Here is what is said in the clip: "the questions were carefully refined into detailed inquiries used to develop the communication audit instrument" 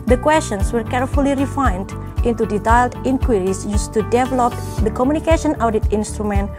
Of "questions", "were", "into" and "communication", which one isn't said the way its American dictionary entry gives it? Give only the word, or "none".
questions